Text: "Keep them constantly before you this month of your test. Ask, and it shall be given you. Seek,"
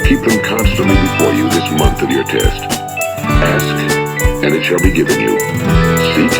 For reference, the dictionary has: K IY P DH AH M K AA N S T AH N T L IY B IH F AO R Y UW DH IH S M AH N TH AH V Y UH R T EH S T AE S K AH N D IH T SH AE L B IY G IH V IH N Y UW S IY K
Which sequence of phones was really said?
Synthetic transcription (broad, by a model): K IY P DH AH M K AA N S T AH N T L IY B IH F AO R Y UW DH IH S M AH N TH AH V Y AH R T EH S T AE S K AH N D IH T SH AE L B IY G IH V IH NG Y UW S IY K